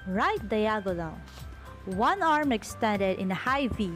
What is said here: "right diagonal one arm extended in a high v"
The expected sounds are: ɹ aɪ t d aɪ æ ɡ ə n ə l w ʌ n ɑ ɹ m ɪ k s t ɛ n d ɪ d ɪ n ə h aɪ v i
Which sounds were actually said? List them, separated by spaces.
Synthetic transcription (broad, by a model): ɹ aɪ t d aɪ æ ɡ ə l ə n w ʌ n ɑ ɹ m ɪ k s t ɛ n d ɪ d ɪ n ə h aɪ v i